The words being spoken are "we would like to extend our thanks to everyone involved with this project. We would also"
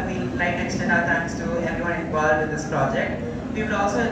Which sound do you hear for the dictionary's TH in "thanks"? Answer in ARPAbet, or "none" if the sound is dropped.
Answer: T